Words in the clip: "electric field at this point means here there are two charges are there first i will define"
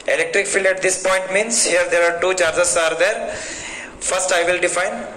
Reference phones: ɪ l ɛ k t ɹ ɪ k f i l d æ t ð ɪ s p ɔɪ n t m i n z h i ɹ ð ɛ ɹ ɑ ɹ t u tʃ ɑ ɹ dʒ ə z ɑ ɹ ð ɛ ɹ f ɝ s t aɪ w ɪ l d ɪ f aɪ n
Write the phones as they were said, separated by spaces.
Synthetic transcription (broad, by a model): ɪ l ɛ k t ɹ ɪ k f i l æ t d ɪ s p ɔɪ n t m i n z h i ɹ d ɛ ɹ ɑ ɹ t u tʃ ɑ ɹ dʒ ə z ɑ ɹ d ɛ ɹ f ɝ s t aɪ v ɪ l d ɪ f aɪ n